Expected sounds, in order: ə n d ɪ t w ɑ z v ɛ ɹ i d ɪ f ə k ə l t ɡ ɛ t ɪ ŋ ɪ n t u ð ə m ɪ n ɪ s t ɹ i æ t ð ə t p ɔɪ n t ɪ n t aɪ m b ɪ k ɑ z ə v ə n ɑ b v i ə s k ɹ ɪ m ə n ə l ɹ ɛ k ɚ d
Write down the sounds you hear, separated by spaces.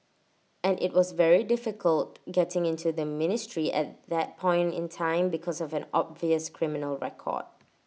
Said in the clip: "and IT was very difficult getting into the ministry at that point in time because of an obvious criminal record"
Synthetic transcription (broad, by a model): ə n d ɪ t w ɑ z v ɛ ɹ i d ɪ f ə k ə l t ɡ ɛ t ɪ ŋ ɪ n t u ð ə m ɪ n ɪ s t ɹ i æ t ð ə t p ɔɪ n t ɪ n t aɪ m b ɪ k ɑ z ə v ə n ɑ b v i ə s k ɹ ɪ m ə n ə l ɹ ɛ k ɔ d